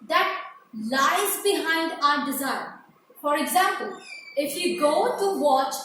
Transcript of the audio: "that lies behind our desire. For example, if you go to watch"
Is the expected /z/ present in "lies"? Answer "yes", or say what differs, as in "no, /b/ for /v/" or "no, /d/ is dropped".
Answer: yes